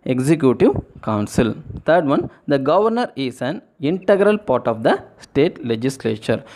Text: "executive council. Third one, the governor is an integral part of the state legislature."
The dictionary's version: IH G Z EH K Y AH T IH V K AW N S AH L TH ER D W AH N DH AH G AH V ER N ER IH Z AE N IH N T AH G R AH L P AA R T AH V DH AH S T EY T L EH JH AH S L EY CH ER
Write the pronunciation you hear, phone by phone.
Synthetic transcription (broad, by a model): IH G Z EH K Y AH T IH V K AW N S AH L T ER D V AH N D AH G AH V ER N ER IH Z AE N IH N T AH G R AH L P AA R T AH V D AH S T EY T L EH JH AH S L EY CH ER